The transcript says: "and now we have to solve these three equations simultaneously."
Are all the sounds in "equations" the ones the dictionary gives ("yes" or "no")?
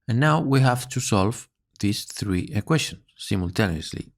no